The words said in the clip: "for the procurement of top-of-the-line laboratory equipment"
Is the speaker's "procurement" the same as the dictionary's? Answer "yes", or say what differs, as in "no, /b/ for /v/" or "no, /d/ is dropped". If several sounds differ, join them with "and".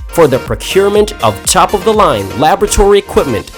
yes